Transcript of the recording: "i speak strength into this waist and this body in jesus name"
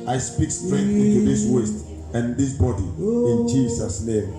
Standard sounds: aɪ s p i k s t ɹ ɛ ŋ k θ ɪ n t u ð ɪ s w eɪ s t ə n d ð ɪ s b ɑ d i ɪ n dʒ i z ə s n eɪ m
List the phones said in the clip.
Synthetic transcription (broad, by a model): aɪ s p i k s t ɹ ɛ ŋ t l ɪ t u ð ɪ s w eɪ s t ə n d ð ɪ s b ɑ d i ɪ n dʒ i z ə s n eɪ m